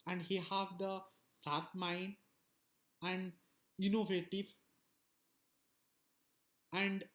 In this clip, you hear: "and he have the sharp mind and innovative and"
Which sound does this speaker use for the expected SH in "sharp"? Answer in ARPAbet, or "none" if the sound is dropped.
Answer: S